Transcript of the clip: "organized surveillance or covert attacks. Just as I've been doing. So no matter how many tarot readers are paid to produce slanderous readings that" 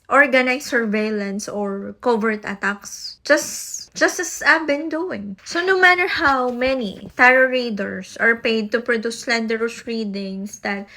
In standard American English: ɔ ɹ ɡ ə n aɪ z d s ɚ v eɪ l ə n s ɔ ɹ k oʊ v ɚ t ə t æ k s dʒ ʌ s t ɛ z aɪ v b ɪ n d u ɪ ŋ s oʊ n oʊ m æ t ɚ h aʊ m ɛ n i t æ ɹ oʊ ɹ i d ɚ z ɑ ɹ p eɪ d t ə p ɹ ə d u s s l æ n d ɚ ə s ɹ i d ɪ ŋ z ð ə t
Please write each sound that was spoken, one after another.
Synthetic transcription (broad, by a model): ɔ ɹ ɡ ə n aɪ s ɚ v eɪ l ə n s ɔ ɹ k oʊ v ɚ t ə t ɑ k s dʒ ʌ s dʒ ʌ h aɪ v b ɪ n d u ɪ ŋ s oʊ n oʊ m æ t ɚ h aʊ m ɛ n i t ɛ ɹ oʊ ɹ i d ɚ s ɑ ɹ p eɪ d t ə p ɹ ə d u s s l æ n d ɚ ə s ɹ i d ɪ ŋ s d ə t